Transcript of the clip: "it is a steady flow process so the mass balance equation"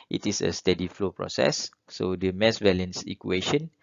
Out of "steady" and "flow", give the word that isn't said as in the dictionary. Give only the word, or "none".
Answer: none